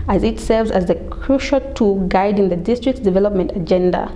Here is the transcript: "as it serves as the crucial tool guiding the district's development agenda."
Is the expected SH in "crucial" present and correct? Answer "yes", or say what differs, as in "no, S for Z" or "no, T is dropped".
yes